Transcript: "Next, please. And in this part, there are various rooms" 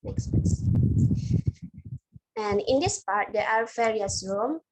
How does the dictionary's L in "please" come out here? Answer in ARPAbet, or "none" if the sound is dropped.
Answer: none